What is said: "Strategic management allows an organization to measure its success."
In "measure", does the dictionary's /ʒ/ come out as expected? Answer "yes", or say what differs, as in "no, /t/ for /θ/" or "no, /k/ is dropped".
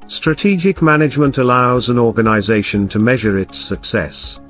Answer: yes